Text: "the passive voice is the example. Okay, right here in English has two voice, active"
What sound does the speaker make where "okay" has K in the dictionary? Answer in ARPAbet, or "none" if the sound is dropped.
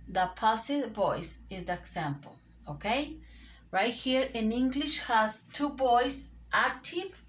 K